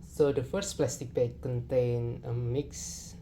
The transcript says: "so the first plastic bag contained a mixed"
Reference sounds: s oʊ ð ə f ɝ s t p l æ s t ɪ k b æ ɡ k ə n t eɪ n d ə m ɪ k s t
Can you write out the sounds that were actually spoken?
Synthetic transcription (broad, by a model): s oʊ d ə f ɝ s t p l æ s t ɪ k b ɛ k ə n t eɪ n ə m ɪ k s